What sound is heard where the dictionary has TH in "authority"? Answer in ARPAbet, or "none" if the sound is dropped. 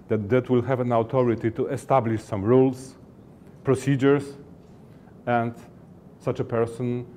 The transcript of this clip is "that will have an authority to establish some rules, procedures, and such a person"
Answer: T